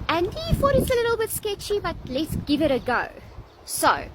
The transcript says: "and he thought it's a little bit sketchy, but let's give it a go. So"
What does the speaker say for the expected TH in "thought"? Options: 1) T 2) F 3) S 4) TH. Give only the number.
2